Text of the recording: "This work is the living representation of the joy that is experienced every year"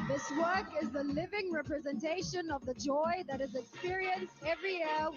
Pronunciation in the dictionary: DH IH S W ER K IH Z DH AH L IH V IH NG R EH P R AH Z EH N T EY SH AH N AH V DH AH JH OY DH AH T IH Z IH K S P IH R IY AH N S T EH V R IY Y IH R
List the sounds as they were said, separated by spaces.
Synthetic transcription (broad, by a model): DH IH S W ER K IH Z DH AH L IH V IH NG R EH P R AH Z EH N T EY SH AH N AH V DH AH JH OY DH AH T IH Z IH K S P IH R IY AH N S T EH V R IY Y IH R